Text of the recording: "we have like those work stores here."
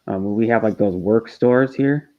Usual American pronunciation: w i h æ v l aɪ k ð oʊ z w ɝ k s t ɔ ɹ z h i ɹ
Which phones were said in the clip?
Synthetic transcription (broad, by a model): w i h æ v l aɪ k ð oʊ z w ɝ k s t ɔ ɹ z h i ɹ